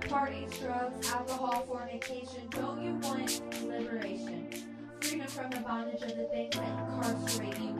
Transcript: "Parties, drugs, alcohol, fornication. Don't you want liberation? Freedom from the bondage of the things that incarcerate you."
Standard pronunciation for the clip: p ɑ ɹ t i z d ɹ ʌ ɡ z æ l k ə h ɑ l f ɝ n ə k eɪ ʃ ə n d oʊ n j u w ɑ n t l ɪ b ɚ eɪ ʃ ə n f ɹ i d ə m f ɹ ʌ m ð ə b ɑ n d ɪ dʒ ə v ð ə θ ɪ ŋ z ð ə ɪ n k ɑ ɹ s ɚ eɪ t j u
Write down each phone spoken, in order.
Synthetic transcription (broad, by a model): p ɑ ɹ t i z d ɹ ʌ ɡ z æ l k ə h ɑ l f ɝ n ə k eɪ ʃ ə n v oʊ l j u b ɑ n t l ɪ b ɚ eɪ ʃ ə n f ɹ i d ə m f ɹ ʌ m ð ə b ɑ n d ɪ dʒ ə v ð ə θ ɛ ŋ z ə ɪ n k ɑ ɹ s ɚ eɪ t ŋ